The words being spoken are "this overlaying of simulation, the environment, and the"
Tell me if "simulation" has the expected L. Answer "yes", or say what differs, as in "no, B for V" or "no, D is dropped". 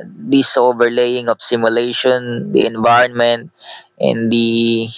yes